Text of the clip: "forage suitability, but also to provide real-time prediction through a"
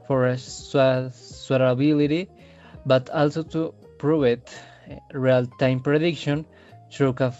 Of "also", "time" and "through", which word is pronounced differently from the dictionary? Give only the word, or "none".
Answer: through